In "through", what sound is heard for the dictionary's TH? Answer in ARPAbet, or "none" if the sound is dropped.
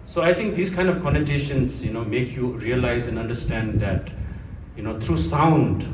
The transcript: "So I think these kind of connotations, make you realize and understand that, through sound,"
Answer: T